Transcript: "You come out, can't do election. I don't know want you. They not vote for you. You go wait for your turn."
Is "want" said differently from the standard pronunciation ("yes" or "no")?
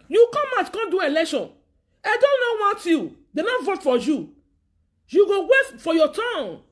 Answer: yes